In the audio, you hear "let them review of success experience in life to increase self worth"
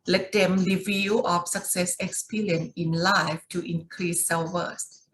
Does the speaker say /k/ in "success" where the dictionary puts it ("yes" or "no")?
yes